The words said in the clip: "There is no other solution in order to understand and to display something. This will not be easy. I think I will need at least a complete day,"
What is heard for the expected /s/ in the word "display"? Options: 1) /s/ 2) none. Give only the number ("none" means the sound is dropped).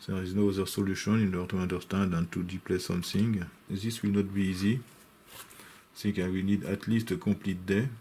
2